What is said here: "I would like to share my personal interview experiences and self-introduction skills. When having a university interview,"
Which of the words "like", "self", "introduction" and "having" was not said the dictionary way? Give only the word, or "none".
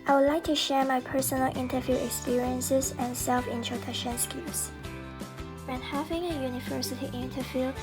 introduction